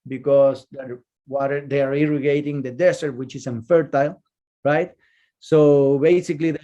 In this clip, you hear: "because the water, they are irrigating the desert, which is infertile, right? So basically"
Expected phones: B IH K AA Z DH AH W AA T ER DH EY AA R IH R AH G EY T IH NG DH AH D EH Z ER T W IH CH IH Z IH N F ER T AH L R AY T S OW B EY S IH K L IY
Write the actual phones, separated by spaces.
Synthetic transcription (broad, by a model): B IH K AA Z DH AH W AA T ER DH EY AA R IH R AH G EY T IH NG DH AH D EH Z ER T W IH CH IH S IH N F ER T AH L R AY T S OW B EY S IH K L IY